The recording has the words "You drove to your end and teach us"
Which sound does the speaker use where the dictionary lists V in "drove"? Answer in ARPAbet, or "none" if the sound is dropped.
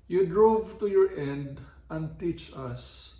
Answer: V